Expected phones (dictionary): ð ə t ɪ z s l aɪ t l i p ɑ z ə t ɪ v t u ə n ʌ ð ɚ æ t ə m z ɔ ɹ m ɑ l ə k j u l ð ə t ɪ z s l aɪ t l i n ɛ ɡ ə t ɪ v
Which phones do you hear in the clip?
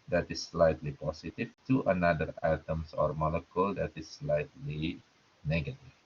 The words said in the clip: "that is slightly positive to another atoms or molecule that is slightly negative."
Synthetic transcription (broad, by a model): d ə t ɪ s l aɪ t l i p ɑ s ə t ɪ f t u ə n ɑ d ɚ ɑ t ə m s ɔ ɹ m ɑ l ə k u l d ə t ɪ s l aɪ t l i n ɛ ɡ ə t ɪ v